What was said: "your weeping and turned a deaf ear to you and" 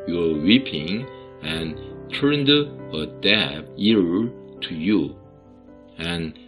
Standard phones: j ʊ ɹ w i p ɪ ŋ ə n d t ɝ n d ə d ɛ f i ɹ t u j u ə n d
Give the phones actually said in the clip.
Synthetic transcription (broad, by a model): j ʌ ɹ w i p ɪ ŋ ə n t ɝ n d ə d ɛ p i ɹ t u j u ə n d